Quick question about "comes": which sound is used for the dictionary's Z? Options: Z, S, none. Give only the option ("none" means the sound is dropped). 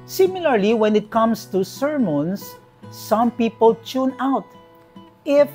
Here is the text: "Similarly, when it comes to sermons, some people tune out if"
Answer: S